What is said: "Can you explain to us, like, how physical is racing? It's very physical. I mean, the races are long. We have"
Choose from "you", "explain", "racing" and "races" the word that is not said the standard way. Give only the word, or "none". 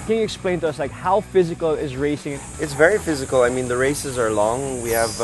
none